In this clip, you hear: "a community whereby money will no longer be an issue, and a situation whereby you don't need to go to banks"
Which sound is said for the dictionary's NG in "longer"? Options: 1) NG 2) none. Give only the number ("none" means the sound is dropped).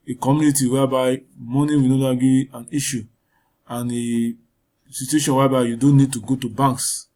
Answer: 2